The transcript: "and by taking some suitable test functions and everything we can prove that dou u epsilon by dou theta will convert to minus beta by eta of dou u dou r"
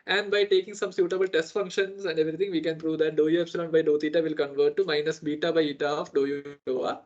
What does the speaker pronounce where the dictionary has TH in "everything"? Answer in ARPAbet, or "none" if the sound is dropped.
T